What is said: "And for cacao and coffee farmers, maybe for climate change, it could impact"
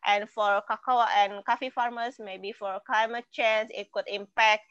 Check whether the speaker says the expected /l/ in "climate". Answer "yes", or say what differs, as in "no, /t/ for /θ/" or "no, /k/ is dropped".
yes